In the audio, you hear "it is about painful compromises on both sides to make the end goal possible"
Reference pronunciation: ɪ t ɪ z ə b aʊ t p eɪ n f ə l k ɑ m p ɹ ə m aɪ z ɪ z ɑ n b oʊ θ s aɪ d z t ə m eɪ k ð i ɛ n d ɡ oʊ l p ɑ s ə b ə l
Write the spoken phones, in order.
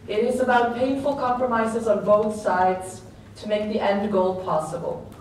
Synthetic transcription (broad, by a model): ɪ t ɪ z ə b aʊ t p eɪ n f ə l k ɑ m p ɹ ə m aɪ z ɪ z ɑ n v oʊ t s aɪ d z t ə m eɪ k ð i ɛ n d ɡ oʊ l p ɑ s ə b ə l